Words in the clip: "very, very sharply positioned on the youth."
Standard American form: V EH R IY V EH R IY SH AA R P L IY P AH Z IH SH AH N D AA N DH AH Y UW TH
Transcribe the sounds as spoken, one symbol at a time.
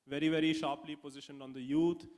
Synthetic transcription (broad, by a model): V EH R IY V EH R IY SH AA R P L IY P AH Z IH SH AH N D AA N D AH Y UW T